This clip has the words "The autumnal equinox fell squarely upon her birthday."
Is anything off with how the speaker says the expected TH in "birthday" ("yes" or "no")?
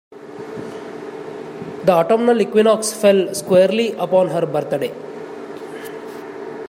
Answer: yes